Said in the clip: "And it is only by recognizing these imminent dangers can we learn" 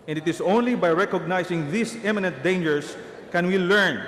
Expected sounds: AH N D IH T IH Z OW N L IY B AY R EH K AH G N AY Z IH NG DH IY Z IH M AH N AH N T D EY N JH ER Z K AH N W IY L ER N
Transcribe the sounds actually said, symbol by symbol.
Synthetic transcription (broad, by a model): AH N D IH T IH S OW N L IY B AY R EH K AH G N AY S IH NG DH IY S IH M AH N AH N T D EY N JH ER S K AH N W IY L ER N